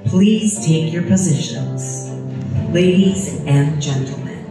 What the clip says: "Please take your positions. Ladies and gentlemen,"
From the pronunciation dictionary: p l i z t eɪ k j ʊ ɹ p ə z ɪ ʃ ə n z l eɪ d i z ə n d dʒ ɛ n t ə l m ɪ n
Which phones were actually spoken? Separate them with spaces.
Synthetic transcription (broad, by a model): p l i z t eɪ k j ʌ ɹ p ə z ɪ ʃ ə n z l eɪ d i z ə n dʒ ɛ n t l m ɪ n